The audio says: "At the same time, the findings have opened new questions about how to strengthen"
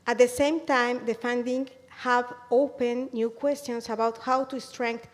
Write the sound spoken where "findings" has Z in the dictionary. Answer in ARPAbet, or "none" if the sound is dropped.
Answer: none